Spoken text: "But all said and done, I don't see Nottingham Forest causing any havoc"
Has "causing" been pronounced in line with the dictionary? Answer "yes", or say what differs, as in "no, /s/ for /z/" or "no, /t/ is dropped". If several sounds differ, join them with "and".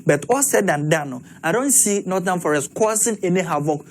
no, /s/ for /z/